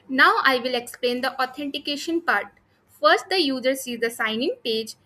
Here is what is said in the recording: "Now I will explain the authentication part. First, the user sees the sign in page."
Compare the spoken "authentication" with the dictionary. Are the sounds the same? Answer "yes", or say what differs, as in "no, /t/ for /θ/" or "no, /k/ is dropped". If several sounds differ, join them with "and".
no, /t/ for /θ/